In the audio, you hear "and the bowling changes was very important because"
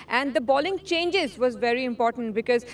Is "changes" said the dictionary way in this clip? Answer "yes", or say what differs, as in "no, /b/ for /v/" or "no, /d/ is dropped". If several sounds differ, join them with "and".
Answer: yes